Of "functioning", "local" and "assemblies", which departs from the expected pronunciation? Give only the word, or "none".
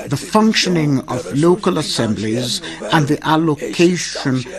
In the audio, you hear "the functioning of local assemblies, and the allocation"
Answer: none